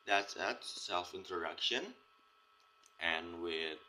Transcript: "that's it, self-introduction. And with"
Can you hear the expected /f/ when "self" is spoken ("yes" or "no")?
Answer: yes